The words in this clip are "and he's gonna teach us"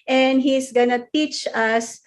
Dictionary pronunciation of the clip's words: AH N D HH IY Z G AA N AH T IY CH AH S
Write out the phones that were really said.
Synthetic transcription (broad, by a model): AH N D HH IY S G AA N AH T IY CH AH S